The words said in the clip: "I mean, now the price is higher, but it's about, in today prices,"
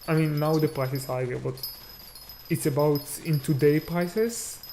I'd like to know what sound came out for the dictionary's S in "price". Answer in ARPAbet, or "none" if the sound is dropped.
S